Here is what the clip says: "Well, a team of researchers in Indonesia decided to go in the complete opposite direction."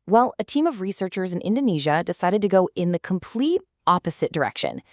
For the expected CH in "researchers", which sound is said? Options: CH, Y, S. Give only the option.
CH